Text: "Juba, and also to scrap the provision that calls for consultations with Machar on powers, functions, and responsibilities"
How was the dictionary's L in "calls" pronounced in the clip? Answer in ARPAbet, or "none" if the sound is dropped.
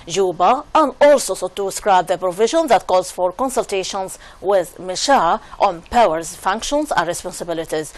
none